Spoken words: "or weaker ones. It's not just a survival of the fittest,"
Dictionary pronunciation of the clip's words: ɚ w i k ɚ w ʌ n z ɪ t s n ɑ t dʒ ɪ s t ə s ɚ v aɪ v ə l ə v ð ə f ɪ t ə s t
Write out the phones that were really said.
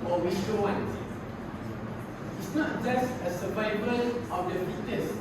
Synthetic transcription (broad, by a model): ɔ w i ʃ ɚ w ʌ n ɪ t s n ɑ t dʒ ɪ s t ə s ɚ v aɪ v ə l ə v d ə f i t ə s